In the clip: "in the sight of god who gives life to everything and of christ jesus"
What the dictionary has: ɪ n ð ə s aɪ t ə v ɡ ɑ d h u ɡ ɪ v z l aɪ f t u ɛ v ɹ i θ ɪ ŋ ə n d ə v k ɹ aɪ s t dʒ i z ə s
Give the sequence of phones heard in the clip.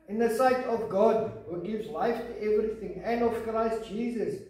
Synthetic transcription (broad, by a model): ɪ n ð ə s aɪ t ə v ɡ ɑ d h u ɡ ɪ v z l aɪ f t u ɛ v ɹ i θ ɪ ŋ ə n d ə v k ɹ aɪ s t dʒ i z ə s